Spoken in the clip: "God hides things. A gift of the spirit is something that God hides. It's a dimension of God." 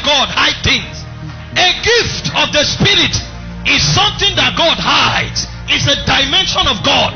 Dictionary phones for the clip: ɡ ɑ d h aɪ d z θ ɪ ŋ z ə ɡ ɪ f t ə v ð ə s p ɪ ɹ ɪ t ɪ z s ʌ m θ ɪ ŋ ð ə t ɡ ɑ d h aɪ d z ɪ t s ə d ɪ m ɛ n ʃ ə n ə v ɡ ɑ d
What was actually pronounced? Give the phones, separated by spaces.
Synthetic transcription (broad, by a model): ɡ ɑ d h aɪ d θ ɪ ŋ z ə ɡ ɪ f t ə v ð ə s p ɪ ɹ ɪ t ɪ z s ʌ m θ ɪ ŋ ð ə t ɡ ɑ d h aɪ d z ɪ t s ə d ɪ m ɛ n ʃ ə n ə v ɡ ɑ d